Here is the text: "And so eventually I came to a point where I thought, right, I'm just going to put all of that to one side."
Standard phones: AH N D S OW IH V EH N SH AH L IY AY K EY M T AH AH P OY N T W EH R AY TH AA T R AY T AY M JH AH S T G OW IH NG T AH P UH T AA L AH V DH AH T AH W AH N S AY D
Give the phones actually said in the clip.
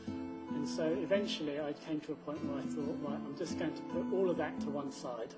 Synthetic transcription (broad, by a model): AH N S OW IH V EH N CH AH L IY AY K EY M T AH AH P OY N T W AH R AY TH AA T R AY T AY M JH AH S G OW IH NG T AH P UH T AA L AH V DH AH T AH W AH N S AY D